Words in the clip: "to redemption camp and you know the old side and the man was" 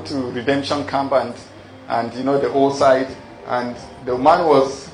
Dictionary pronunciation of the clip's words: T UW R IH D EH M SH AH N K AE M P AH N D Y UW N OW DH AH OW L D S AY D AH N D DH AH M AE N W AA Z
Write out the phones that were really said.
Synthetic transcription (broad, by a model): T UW R IH D EH M SH AH N K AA M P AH N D Y UW N OW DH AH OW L S AY D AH N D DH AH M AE N W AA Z